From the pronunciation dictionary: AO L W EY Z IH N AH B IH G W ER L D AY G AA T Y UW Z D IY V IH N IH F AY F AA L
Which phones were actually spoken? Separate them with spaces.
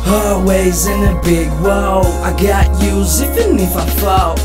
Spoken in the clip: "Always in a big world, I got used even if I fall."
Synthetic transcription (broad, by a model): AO W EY Z IH N AH B IH G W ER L AY G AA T Y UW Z IY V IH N IH F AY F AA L